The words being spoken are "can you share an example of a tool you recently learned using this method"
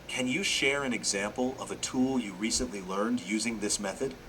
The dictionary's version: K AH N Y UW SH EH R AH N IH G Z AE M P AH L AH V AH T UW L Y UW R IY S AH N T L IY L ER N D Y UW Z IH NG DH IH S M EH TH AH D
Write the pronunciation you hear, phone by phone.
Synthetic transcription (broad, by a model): K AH N Y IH SH EH R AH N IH G Z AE M P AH L AH V AH T UW L Y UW R IY S AH N T L IY L ER N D Y UW Z IH NG DH IH S M EH TH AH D